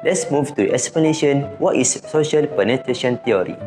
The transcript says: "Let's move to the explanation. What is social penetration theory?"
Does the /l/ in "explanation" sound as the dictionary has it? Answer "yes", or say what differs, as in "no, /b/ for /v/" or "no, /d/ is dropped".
yes